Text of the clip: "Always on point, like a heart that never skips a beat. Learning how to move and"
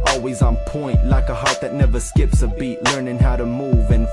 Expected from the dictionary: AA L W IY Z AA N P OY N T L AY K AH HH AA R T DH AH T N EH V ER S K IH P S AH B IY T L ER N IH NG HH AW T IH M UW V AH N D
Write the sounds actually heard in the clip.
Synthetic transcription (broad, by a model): AA L W IY Z N P OY N T L AY K AH HH AA R T DH AH T N EH V ER S K IH P S AH B IY T L ER N IH NG HH AW T IH M UW V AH N